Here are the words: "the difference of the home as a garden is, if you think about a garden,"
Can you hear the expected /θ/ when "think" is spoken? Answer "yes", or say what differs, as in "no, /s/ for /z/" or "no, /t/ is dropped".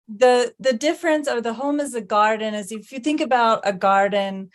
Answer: yes